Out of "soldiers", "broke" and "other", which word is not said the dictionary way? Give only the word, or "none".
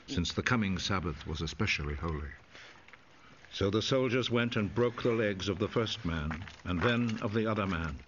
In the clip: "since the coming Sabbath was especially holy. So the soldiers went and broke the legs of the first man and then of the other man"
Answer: none